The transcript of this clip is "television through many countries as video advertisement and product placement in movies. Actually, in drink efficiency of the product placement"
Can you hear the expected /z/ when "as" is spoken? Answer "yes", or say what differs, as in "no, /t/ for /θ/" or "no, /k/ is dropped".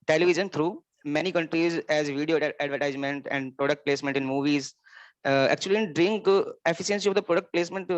yes